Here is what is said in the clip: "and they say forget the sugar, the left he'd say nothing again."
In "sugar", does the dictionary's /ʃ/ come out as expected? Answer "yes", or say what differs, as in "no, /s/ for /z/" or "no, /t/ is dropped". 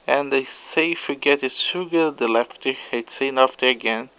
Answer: no, /s/ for /ʃ/